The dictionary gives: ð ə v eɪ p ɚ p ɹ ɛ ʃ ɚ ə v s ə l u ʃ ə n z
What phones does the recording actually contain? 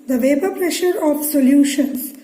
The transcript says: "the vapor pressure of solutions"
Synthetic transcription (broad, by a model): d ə v eɪ b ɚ p ɹ ɛ ʃ ɚ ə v s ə l u ʃ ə n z